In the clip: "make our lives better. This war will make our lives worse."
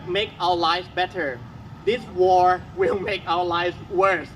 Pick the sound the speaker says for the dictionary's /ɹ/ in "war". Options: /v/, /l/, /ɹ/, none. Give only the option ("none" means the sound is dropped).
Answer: /ɹ/